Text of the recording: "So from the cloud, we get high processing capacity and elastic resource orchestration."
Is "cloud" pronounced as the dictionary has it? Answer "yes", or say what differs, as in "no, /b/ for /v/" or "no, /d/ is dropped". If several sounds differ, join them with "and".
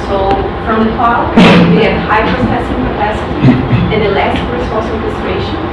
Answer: no, /l/ is dropped